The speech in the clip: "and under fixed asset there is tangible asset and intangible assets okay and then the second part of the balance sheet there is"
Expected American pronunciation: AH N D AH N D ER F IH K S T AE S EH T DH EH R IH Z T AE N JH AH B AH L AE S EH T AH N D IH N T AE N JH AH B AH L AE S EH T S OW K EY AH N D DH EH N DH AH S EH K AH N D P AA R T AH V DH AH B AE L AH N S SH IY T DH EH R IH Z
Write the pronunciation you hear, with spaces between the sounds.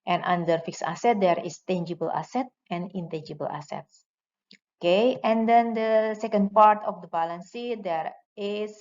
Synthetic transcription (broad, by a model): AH N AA N D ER F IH K S AA S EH T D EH R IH S T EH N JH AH B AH L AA S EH T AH N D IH N T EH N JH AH B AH L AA S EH T S OW K EY AH N D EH N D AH S EH K AH N D P AA R T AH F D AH B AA L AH N S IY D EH R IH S